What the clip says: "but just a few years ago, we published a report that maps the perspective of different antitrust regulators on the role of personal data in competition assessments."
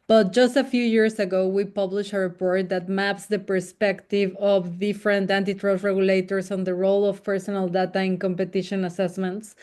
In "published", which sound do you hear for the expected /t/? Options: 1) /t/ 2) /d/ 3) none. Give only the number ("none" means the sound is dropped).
3